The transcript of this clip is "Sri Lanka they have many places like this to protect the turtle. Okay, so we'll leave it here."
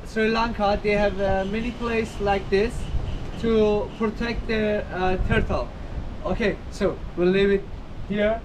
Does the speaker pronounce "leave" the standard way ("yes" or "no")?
no